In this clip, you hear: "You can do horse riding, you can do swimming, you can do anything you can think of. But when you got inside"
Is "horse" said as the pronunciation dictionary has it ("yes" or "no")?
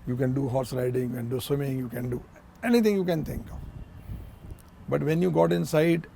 yes